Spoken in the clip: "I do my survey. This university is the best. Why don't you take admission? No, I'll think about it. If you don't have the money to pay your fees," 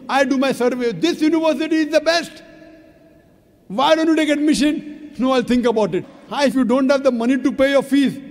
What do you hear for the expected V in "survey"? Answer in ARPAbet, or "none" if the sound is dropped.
V